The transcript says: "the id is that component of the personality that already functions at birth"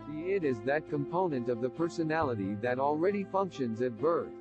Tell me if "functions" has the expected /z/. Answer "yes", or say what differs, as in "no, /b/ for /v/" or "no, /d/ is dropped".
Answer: yes